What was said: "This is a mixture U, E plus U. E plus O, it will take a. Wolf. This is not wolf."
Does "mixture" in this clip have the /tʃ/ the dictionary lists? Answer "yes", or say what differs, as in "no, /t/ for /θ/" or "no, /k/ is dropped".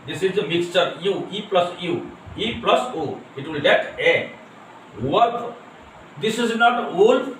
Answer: yes